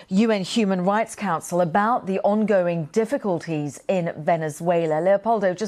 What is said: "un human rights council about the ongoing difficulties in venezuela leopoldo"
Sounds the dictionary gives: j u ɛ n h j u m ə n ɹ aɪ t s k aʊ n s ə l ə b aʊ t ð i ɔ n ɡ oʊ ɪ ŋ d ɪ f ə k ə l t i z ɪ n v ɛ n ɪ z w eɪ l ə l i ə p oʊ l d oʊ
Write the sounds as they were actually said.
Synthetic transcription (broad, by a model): j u ɛ n h j u m ə n ɹ aɪ t s k aʊ n s ə l ə b aʊ t ð i ɔ n ɡ oʊ ɪ ŋ d ɪ f ə k ə l t i z ɪ n v ɛ n ɪ z w eɪ l ə l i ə p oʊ l d oʊ